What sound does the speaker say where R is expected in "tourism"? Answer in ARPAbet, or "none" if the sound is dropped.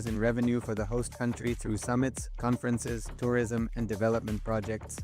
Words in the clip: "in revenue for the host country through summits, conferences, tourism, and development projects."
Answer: R